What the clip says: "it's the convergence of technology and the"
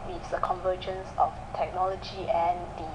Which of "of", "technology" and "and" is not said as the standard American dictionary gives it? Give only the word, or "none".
of